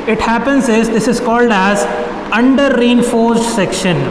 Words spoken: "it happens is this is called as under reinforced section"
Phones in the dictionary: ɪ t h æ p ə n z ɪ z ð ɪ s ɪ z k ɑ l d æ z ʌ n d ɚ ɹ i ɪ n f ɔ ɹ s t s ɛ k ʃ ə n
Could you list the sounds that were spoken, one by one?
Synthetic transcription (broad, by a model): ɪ t h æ p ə n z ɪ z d ɪ s ɪ z k ɑ l d æ z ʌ n d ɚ ɹ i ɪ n f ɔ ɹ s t s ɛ k ʃ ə n